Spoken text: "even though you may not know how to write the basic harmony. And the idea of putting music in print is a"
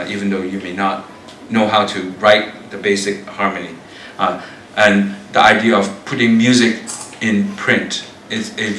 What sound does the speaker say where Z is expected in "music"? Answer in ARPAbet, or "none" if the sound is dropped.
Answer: Z